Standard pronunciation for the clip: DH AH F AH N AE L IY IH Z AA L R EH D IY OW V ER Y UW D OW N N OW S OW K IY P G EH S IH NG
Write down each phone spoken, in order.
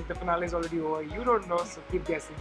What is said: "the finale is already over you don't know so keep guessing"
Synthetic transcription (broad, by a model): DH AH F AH N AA L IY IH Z AA L R EH D IY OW ER Y UW D OW N N OW S OW K IY P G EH S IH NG